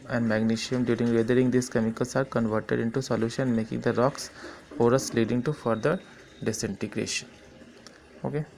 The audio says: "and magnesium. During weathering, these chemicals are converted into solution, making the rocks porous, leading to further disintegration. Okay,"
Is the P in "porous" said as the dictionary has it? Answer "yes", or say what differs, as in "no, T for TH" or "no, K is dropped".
no, F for P